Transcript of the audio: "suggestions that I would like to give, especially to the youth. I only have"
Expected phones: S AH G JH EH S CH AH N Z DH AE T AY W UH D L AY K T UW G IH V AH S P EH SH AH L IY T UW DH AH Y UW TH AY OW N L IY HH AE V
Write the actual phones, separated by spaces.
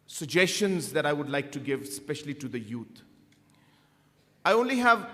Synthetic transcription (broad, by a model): S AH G JH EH S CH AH N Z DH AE T AY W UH D L AY K T UW G IH V S P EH SH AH L IY T UW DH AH Y UW T AY OW N L IY HH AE V